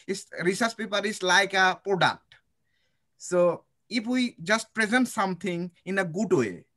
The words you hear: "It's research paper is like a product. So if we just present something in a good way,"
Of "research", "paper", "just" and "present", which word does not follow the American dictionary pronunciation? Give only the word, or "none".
research